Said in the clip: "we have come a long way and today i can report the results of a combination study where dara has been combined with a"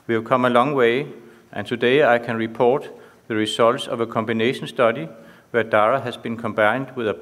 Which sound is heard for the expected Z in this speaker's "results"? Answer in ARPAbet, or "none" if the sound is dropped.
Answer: S